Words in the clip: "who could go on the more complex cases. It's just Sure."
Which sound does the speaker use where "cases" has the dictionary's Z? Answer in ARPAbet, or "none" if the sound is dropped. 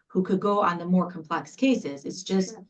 Z